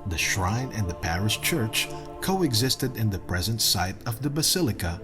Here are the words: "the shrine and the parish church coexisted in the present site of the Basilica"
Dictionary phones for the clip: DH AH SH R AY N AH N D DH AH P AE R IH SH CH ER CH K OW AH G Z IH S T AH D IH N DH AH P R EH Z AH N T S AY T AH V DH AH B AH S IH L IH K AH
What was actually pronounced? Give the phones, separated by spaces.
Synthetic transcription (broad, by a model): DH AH SH R AY N AH N D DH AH P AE R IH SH CH ER CH K OW AH G Z IH S T AH D IH N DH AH P R EH Z AH N T S AY T AH V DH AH B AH S IH L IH K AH